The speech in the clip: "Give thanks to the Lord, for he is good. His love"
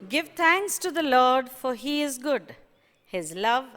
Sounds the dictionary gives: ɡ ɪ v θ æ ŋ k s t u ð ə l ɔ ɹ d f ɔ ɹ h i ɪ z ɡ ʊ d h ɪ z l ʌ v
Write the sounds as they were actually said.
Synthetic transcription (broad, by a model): ɡ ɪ v t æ ŋ k s t u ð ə l ɔ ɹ d f ɔ ɹ h i ɪ z ɡ ʊ d h ɪ z l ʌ v